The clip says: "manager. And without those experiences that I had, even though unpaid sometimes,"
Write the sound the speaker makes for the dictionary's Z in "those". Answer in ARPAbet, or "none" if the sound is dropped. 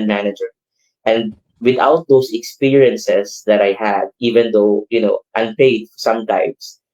S